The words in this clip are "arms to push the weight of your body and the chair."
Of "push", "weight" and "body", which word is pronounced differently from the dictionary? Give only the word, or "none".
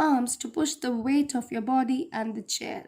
none